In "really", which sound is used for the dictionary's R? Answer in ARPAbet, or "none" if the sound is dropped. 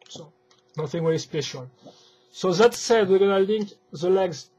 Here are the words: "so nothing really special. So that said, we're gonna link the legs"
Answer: W